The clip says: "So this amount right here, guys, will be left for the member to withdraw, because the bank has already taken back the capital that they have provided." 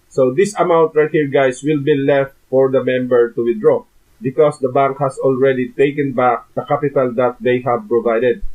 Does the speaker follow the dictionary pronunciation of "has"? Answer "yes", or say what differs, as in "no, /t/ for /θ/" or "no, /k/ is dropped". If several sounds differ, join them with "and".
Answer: no, /s/ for /z/